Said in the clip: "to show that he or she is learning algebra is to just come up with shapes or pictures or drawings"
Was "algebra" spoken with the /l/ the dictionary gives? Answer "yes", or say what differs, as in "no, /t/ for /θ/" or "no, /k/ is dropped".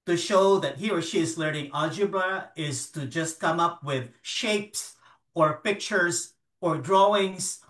no, /l/ is dropped